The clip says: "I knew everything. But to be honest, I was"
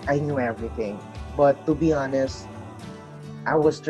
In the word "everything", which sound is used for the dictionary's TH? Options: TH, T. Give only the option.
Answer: TH